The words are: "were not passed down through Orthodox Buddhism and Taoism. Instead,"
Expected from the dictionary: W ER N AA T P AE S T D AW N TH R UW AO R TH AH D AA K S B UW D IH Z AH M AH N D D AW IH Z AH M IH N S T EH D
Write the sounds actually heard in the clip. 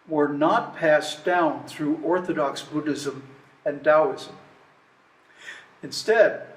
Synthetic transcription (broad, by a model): W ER N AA T P AE S D AW N TH R UW AO R TH AH D AA K S B UW D IH Z AH M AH N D D AW IH Z AH M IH N S T EH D